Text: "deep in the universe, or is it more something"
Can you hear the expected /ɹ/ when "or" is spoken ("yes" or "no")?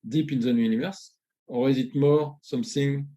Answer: no